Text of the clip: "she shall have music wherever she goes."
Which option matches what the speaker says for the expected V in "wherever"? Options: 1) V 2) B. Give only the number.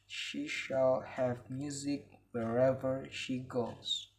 1